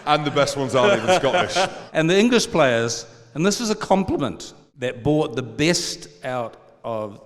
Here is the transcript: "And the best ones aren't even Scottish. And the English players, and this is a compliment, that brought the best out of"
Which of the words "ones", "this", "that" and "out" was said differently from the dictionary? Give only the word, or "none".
none